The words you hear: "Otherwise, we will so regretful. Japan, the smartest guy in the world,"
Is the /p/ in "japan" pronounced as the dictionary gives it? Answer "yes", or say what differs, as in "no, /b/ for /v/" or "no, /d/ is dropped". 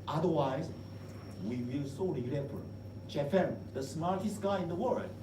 no, /f/ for /p/